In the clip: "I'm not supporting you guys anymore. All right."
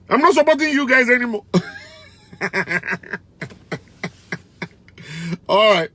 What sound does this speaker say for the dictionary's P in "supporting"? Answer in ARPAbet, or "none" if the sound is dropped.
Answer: B